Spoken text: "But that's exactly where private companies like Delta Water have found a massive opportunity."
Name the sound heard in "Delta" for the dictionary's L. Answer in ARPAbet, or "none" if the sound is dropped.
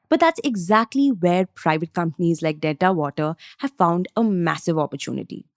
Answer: none